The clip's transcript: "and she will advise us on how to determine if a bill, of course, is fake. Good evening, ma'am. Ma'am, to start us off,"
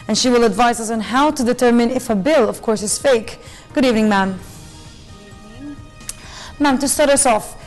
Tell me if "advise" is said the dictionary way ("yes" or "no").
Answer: yes